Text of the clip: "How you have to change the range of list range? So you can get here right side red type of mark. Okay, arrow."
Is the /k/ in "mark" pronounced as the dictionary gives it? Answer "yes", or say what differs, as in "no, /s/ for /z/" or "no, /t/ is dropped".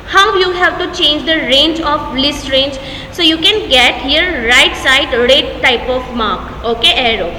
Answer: yes